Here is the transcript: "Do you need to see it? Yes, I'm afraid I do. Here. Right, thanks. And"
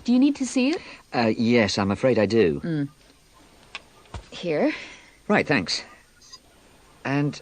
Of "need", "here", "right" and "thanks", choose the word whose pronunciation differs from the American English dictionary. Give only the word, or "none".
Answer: none